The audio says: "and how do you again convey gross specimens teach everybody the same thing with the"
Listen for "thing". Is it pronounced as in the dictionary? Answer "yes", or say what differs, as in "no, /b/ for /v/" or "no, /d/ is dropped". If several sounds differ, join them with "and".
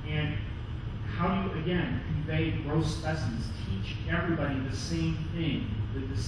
yes